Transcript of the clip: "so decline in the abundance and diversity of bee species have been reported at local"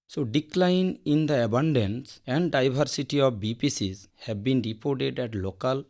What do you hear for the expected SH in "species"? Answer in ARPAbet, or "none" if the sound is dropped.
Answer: S